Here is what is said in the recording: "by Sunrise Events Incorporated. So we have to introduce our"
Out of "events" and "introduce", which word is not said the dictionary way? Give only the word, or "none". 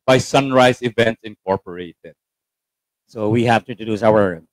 introduce